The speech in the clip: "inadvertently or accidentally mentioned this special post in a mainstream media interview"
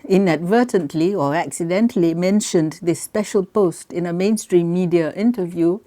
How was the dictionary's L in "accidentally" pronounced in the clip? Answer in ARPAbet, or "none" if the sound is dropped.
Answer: L